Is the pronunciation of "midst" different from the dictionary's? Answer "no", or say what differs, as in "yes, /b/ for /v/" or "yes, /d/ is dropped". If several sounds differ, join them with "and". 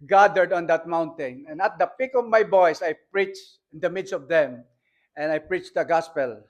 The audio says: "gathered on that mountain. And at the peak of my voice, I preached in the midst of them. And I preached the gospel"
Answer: no